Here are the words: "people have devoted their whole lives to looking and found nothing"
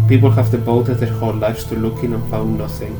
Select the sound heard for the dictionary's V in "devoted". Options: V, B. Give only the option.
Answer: B